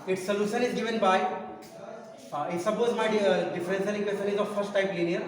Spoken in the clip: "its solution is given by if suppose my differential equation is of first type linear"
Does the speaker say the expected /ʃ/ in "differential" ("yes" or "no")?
no